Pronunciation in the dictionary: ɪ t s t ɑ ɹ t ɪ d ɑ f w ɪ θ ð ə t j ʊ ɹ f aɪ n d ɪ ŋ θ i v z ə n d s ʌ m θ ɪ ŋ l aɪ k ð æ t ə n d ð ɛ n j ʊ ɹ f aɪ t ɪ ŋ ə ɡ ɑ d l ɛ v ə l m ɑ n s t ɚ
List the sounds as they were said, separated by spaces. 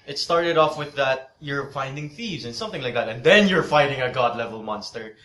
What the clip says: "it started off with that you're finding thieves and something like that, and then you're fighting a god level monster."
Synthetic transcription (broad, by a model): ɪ t s t ɑ ɹ t ɪ d ɑ f w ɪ ð ə t j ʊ ɹ f aɪ n d ɪ ŋ θ i v z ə n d s ʌ m θ ɪ ŋ l aɪ k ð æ t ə n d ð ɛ n j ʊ ɹ f aɪ t ɪ ŋ ə ɡ ɑ d l ɛ v ə l m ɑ n s t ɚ